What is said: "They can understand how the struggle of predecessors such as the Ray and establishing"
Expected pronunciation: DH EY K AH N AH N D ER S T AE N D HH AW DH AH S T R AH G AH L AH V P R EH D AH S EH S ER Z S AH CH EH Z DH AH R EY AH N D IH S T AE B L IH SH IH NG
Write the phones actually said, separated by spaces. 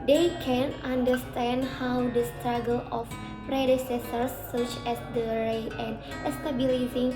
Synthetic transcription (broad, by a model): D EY K AH N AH N D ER S T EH N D HH AW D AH S T R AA G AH L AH F P R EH D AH S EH S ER S AH CH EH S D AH R EY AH N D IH S T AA B L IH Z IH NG